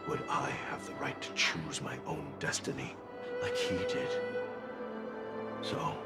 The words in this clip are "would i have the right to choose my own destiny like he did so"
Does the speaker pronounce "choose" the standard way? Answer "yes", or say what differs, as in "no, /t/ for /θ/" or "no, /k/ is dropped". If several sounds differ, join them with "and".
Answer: yes